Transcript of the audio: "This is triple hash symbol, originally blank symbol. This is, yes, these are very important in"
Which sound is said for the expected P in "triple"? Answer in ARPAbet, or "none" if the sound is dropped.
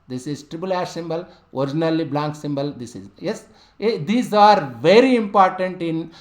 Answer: B